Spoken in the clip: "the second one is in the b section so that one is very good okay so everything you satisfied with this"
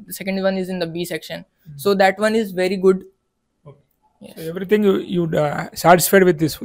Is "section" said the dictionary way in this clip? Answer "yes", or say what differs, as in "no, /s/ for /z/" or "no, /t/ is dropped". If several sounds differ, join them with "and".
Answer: yes